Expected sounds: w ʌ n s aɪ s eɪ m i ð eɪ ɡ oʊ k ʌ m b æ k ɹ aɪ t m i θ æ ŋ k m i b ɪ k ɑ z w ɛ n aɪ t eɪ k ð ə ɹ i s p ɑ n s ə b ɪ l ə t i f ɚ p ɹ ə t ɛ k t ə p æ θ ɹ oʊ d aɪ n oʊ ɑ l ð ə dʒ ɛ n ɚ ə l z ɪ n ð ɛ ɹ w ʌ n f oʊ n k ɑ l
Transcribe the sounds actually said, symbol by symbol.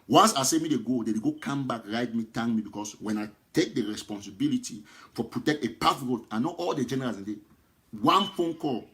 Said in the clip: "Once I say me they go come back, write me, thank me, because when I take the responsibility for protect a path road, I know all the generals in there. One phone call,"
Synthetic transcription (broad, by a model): w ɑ n s aɪ s eɪ m i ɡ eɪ ɡ oʊ k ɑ m b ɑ k ɹ aɪ t m i t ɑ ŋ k m i b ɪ k ɑ s w ɛ n aɪ t eɪ k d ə ɹ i s p ɑ n s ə b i l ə t i f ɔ p ɹ ə t ɛ k t ə p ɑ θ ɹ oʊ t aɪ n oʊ ɑ l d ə dʒ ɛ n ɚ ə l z ɪ n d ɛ w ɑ n f oʊ n k ɑ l